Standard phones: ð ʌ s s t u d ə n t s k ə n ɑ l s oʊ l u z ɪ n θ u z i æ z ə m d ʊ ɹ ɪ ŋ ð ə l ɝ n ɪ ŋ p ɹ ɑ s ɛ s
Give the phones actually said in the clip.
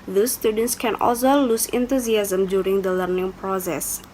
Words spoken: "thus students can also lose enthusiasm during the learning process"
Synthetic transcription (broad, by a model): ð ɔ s s t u d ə n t s k ə n ɑ l s oʊ l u s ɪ n t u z i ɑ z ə m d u ɹ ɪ ŋ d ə l ɝ n ɪ ŋ p ɹ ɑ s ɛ s